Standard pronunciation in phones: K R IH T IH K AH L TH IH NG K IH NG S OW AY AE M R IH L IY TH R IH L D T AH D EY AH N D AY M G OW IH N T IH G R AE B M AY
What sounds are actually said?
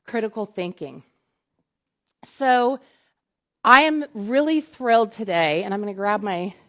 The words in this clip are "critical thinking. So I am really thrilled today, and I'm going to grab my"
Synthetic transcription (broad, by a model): K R IH T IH K L TH IH NG K IH NG S OW AY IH M R IH L IY TH R IH L D T AH D EY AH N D AY M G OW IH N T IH G R AE B M AY